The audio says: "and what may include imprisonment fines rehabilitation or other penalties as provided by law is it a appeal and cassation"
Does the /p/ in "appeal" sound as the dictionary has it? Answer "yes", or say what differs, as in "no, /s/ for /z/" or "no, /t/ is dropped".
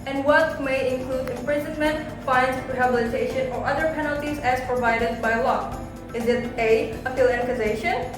no, /f/ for /p/